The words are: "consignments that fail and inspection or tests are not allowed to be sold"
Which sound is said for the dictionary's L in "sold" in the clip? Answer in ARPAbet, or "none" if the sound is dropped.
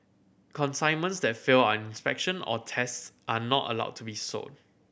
none